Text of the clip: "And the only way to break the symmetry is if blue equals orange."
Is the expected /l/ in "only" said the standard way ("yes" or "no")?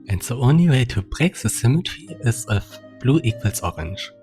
yes